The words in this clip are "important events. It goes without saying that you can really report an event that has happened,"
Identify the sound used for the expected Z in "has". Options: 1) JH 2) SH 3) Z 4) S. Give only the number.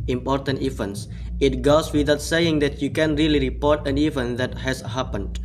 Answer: 4